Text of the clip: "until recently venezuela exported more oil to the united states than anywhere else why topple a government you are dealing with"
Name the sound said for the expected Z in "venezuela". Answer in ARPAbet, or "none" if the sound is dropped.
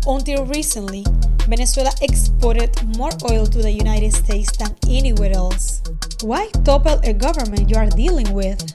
S